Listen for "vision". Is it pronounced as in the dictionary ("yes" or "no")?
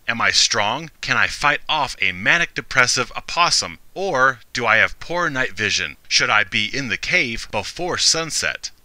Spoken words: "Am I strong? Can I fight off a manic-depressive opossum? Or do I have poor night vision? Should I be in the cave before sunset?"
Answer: yes